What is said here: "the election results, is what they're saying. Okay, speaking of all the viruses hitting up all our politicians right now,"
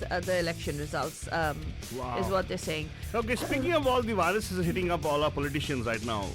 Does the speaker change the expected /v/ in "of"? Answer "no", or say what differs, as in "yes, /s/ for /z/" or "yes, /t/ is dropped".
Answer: yes, /p/ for /v/